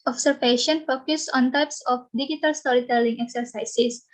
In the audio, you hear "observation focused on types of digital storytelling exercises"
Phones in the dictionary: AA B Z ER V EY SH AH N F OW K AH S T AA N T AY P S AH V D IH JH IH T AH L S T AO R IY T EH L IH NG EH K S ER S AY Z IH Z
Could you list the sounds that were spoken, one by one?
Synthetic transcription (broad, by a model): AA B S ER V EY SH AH N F OW K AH S AA N T AY P S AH F D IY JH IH T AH L S T AO R IY T EH L IH NG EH K S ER S AY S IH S